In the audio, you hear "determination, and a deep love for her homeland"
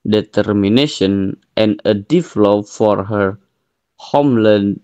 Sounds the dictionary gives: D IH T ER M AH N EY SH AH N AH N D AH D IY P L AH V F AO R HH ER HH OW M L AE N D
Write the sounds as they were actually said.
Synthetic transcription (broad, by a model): D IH T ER M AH N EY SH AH N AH N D AH D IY F L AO P F AO R HH ER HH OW M L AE N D